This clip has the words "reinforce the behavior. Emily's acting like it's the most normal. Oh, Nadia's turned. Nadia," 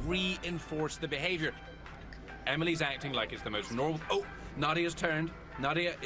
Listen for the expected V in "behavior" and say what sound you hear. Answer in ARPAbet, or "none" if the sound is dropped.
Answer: V